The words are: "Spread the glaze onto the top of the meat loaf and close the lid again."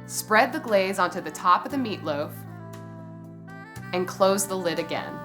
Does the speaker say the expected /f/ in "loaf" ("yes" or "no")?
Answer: yes